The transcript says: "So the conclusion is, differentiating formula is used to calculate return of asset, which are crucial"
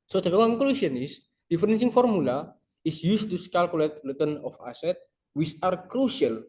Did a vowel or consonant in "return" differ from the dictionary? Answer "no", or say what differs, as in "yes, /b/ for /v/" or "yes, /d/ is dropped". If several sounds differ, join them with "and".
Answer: yes, /l/ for /ɹ/